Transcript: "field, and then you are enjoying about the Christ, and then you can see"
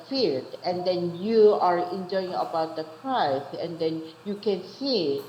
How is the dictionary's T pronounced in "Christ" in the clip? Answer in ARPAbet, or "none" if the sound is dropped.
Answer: none